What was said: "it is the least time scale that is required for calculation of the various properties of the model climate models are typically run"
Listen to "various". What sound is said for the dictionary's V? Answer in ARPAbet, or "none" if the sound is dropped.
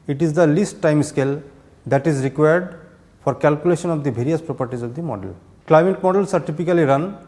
B